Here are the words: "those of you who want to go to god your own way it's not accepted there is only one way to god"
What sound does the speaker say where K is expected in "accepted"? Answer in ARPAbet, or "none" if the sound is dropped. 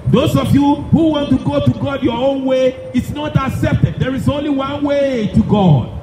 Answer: K